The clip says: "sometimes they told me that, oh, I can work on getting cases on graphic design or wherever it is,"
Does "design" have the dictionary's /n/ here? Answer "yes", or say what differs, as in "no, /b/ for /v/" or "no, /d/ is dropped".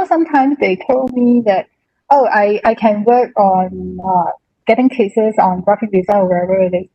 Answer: no, /n/ is dropped